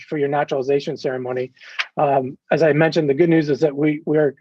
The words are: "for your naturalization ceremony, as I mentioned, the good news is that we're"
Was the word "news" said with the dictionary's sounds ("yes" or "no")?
yes